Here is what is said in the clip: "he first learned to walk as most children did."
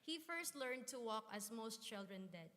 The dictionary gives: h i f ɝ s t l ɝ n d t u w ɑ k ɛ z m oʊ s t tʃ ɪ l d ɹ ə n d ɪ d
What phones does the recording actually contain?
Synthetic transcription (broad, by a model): h i f ɝ s t l ɝ n d t u w ɑ k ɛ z m oʊ s t tʃ ɪ l d ɹ ə n d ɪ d